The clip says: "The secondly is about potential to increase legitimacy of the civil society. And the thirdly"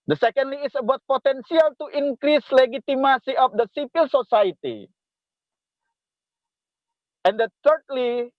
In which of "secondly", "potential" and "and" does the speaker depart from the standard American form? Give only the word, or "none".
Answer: potential